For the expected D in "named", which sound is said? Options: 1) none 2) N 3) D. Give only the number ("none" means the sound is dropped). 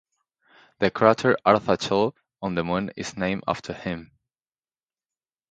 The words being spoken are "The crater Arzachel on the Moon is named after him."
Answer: 1